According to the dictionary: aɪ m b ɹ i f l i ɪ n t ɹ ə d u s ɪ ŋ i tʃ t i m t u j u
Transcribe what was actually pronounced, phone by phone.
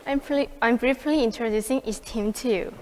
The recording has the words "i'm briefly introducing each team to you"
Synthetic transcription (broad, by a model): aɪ m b ɹ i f l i ɪ n t ɹ ə d u s ɪ ŋ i s t i m t u j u